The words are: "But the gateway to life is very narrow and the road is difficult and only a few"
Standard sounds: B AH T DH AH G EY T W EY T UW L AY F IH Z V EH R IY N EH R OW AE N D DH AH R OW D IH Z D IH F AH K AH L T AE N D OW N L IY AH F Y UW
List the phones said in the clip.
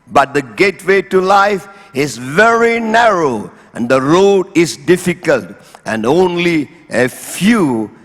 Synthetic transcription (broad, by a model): B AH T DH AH G EY T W EY T UW L AY F IH Z V EH R IY N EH R OW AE N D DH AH R OW D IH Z D IH F AH K AH L T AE N D OW N L IY AH F Y UW